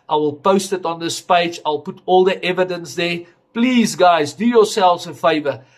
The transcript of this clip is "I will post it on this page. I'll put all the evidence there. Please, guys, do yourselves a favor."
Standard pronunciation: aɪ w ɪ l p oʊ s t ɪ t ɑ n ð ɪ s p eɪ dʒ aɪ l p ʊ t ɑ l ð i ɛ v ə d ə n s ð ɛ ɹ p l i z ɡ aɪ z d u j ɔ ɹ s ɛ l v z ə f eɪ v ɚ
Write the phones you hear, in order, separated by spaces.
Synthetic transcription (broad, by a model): aɪ w ɪ l p oʊ s t ɪ t ɑ n ð ɪ s p eɪ dʒ aɪ l p ʊ t ɑ l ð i ɛ v ə d ə n s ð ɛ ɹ p l i z ɡ aɪ z d u j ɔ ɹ s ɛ l v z ə f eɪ v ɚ